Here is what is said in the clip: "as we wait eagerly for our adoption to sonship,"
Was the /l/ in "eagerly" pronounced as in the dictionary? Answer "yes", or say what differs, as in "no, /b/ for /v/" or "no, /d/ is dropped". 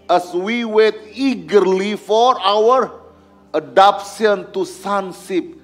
yes